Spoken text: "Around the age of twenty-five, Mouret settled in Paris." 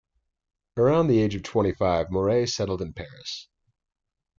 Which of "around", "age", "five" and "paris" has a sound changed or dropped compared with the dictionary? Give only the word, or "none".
none